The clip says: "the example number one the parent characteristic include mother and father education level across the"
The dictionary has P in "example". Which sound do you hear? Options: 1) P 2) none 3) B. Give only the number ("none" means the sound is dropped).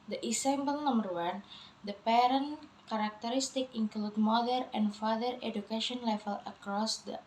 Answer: 3